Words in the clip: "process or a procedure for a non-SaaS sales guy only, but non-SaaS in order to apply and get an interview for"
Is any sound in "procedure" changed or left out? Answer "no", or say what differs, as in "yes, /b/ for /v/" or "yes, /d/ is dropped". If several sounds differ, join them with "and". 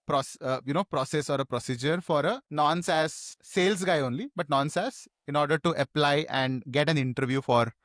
no